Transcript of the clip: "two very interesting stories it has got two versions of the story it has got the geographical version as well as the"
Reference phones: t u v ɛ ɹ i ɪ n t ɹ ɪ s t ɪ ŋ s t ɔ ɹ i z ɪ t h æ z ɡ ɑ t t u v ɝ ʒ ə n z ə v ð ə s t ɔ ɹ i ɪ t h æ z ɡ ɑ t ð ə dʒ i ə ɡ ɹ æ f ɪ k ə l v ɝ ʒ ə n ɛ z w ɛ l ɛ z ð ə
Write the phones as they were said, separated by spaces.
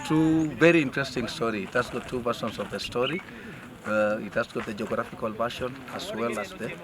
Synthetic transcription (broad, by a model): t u v ɛ ɹ i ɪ n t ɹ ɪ s t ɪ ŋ s t ɔ ɹ i ɪ t h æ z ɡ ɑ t t u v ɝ s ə n s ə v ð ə s t ɔ ɹ i ɪ t h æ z ɡ ɑ t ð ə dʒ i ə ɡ ɹ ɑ f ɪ k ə l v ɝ ʃ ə n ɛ s w ɛ l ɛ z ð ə